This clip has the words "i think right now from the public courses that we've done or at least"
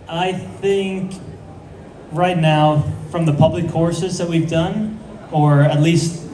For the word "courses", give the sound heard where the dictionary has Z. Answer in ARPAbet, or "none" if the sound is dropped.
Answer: Z